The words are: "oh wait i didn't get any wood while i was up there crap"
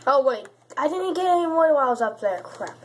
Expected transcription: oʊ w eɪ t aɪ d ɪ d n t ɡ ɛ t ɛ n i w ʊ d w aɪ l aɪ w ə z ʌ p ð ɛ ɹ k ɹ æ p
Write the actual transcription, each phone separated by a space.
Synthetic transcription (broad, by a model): oʊ w eɪ t aɪ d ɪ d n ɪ ɡ ɛ t ɛ n i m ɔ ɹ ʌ w aɪ w ə z ʌ p ð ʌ ɹ k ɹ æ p